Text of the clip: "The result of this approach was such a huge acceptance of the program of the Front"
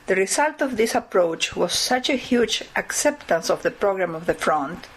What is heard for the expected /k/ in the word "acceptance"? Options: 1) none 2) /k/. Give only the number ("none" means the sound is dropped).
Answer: 2